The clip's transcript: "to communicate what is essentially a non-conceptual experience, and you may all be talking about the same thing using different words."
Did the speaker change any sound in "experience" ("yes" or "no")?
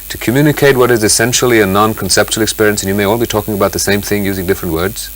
no